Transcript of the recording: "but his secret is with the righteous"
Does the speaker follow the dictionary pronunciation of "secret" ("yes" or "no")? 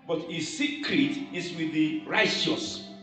yes